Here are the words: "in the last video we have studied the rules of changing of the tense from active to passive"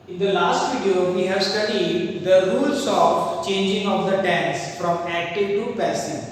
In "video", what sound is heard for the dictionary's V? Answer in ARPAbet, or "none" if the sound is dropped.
F